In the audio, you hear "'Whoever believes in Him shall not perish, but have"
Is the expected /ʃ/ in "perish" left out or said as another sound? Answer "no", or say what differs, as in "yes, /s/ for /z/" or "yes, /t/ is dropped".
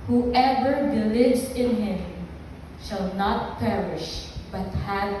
no